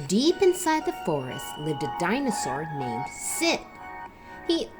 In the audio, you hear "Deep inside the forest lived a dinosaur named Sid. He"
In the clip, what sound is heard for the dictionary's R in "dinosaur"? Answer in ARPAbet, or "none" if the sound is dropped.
R